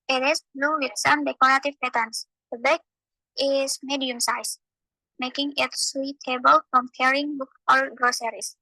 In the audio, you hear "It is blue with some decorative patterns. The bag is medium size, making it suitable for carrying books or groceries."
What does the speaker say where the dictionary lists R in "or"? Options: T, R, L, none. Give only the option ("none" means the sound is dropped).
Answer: L